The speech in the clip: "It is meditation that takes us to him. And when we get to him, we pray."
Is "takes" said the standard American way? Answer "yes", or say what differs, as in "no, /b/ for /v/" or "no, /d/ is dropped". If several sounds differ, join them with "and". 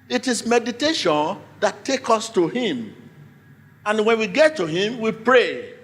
no, /s/ is dropped